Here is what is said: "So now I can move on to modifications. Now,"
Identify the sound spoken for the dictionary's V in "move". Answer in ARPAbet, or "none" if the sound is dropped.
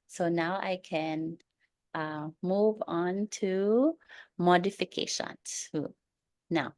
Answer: V